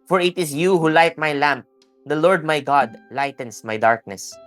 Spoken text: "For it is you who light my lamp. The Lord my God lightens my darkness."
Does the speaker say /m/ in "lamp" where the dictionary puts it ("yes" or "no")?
yes